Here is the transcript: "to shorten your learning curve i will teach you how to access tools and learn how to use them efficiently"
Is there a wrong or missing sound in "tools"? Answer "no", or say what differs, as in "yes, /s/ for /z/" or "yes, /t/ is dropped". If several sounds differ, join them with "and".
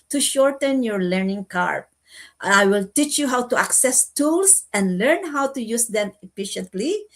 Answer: yes, /s/ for /z/